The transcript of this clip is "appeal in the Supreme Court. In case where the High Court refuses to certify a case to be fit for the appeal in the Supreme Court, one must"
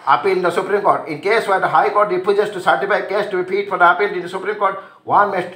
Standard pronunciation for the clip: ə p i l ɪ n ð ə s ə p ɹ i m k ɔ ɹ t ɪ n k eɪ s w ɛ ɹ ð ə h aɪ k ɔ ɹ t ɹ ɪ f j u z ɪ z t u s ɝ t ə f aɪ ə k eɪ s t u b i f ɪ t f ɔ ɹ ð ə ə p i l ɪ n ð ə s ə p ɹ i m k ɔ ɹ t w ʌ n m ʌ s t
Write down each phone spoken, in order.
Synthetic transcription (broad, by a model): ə p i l ɪ n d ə s ə p ɹ i m k ɔ ɹ t ɪ n k eɪ s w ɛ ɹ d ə h aɪ k ɔ ɹ t ɹ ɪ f j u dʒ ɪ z t u s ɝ t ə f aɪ ə k eɪ s t u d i p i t f ɔ ɹ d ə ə p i l ɪ n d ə s ə p ɹ i m k ɔ ɹ t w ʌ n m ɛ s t